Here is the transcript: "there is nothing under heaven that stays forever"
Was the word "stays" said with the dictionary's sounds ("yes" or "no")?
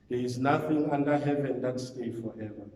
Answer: no